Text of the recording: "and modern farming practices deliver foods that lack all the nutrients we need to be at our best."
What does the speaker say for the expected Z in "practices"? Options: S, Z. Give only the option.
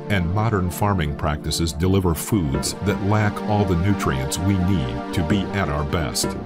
Z